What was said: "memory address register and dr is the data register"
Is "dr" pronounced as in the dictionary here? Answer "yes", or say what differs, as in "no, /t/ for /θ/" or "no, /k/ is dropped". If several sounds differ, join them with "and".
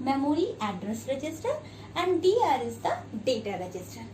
no, /k/ is dropped